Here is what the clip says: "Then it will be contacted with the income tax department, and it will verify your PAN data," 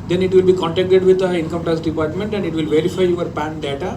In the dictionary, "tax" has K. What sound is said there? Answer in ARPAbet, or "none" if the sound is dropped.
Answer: none